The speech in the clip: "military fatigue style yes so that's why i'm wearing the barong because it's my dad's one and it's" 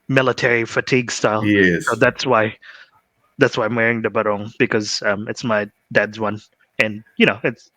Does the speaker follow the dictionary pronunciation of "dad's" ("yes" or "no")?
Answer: yes